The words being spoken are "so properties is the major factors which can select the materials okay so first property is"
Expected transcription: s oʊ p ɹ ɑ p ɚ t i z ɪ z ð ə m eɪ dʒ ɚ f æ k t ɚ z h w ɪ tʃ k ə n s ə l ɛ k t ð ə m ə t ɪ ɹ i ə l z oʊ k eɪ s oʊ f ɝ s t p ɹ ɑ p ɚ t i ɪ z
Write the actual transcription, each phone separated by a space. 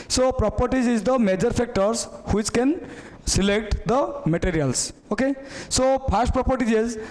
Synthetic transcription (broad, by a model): s oʊ p ɹ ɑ p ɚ t i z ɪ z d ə m eɪ dʒ ɚ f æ k t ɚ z h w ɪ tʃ k ə n s ə l ɛ k t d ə m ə t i ɹ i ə l s oʊ k eɪ s oʊ p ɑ s t p ɹ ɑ p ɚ t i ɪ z